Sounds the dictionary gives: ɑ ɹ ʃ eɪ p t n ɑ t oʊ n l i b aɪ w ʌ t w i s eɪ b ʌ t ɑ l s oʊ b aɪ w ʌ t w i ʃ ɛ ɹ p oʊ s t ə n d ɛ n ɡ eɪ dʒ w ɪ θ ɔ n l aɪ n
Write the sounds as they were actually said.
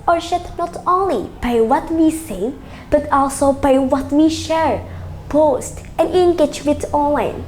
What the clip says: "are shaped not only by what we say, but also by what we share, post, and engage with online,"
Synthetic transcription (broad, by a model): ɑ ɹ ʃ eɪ t n ɑ t oʊ n l i b aɪ w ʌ t w i s eɪ b ʌ t ɑ l s oʊ b aɪ w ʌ t w i ʃ ɛ ɹ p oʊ s t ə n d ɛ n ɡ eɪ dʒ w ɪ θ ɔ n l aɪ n